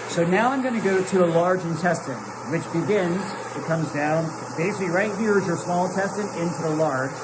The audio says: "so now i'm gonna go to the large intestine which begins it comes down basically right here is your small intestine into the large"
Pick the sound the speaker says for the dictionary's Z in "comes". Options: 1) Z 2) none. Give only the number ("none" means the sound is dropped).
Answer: 1